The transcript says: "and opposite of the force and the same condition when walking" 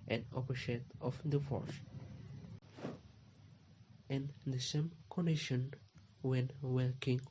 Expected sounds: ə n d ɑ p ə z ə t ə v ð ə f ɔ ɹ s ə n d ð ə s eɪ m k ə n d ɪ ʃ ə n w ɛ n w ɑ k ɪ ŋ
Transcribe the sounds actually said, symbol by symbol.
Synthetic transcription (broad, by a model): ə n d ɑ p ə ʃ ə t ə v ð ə f ɔ ɹ s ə n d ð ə s eɪ m k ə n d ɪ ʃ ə n w ɛ n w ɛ k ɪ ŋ